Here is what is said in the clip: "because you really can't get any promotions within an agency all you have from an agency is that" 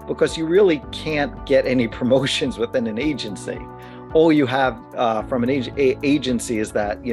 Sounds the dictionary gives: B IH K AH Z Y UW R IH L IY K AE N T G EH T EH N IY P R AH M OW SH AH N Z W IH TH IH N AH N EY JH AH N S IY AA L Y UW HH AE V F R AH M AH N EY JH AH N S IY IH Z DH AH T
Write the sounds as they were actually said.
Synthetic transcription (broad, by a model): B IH K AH Z Y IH R IH L IY K AE N G EH T EH N IY P R AH M OW SH AH N Z W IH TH IH N AH N EY JH AH N S IY AA L Y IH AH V F R AH M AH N EY JH AH N S IY IH Z DH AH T